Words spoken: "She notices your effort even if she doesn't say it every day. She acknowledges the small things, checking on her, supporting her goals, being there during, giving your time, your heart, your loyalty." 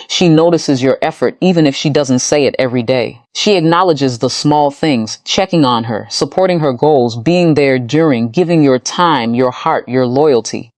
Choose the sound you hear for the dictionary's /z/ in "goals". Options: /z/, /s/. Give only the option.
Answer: /z/